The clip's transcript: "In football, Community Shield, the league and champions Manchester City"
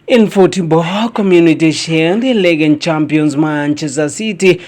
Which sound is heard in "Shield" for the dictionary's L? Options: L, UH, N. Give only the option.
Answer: N